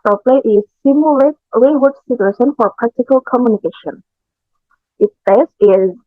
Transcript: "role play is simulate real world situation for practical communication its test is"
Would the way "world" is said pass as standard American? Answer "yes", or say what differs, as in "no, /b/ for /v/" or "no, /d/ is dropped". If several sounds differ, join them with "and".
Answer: no, /l/ is dropped